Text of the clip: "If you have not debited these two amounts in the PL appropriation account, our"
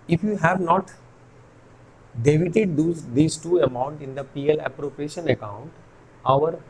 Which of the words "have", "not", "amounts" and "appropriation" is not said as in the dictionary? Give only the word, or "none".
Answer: amounts